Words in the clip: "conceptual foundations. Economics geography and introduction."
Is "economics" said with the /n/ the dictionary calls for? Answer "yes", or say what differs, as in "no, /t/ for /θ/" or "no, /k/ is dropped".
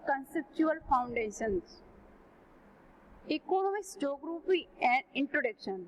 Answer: no, /l/ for /n/